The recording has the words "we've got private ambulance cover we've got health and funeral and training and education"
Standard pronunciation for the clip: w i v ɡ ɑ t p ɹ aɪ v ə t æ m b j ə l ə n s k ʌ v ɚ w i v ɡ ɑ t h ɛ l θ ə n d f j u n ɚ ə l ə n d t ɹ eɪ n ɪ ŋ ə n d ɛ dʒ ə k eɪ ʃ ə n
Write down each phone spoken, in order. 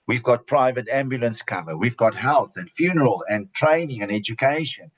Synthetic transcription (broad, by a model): w i v ɡ ɑ t p ɹ aɪ v ə t æ m b j ə l ə n s k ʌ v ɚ w i v ɡ ɑ t h ɛ l θ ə n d f j u n ɚ ə l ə n t ɹ eɪ n ɪ ŋ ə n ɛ dʒ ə k eɪ ʃ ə n